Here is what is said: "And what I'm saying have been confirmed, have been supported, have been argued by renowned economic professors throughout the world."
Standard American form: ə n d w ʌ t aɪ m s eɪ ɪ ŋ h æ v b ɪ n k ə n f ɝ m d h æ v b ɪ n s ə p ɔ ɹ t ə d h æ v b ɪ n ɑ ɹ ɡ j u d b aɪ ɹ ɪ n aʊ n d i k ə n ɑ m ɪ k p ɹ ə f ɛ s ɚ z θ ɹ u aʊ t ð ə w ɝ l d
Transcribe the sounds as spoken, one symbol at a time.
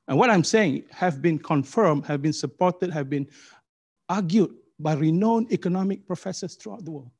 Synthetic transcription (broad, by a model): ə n w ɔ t aɪ m s eɪ ɪ ŋ h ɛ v b ɪ n k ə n f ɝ m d h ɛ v b ɪ n s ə p ɔ t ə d h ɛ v b ɪ n ɑ ɡ j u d b aɪ ɹ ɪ n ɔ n i k ə n ɑ m ɪ k p ɹ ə f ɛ s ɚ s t ɹ u aʊ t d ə w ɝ l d